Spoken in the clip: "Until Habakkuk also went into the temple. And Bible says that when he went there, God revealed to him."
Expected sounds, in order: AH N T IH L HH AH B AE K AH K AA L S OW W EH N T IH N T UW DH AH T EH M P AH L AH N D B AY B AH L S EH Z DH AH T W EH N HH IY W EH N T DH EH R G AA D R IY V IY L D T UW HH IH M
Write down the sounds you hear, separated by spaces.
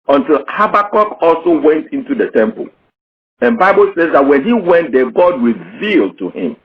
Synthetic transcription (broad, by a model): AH N T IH L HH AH B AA K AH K AA L S OW W EH N T IH N T UW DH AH T EH M P AH L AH N B AY B AH L S EH Z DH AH T W EH N HH IY W EH N T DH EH G AA D R IY V IY L D T UW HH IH M